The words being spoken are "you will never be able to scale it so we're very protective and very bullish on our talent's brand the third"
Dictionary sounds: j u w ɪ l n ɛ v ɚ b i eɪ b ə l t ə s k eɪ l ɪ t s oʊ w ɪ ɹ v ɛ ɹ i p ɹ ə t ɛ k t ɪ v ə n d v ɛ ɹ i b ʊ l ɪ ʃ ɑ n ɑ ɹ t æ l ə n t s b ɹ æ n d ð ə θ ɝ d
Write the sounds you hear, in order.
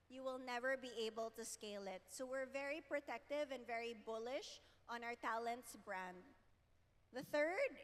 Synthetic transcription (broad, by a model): j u w ɪ l n ɛ v ɚ b i eɪ b ə l t ə s k eɪ l ɪ t s oʊ w ɪ ɹ v ɛ ɹ i p ɹ ə t ɛ k t ɪ v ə n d v ɛ ɹ i b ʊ l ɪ ʃ ɑ n ɑ ɹ t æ l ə n t s b ɹ æ n d ð ə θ ɝ d